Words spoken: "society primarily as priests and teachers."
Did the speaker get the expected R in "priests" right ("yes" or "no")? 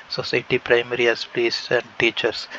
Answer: no